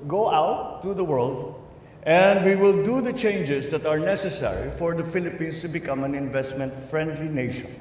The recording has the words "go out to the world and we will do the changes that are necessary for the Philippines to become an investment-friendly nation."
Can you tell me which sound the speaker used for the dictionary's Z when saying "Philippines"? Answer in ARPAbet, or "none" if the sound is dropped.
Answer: S